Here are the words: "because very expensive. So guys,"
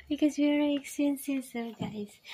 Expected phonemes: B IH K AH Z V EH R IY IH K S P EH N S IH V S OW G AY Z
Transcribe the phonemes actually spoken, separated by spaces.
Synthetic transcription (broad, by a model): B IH K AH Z W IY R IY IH K S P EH N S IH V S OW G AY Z